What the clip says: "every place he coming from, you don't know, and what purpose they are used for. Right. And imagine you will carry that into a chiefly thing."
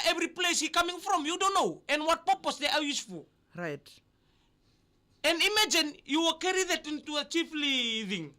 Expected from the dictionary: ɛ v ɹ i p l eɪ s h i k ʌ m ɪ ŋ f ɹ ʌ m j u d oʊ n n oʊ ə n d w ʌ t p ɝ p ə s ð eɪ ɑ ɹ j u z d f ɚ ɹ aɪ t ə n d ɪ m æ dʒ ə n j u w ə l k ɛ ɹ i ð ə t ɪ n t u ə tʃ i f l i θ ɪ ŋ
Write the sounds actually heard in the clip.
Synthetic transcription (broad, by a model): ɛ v ɹ i p l eɪ s h i k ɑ m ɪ ŋ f ɹ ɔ m j u d oʊ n n oʊ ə n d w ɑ t p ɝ p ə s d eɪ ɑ w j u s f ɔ ɹ aɪ t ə n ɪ m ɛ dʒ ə n j u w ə k ɛ ɹ i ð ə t ɪ n t u ə tʃ i f l i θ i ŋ